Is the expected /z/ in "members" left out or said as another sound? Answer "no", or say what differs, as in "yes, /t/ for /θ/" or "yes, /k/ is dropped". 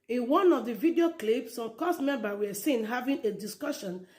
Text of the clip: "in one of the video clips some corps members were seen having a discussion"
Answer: yes, /z/ is dropped